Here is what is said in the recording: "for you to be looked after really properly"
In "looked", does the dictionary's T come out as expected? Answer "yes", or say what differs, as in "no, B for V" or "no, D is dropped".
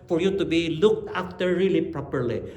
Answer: yes